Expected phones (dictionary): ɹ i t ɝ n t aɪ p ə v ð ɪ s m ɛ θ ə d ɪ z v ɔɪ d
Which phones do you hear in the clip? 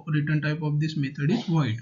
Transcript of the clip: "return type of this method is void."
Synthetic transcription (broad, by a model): ɹ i t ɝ n t aɪ p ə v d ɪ s m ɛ t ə d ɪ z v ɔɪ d